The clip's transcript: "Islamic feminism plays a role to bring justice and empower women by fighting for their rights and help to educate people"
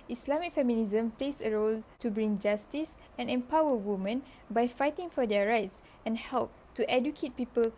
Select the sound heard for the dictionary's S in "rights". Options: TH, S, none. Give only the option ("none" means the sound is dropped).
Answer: S